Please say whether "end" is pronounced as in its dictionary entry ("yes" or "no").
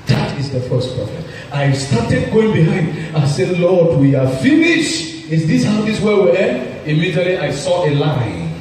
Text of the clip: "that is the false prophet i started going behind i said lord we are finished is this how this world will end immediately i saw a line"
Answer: no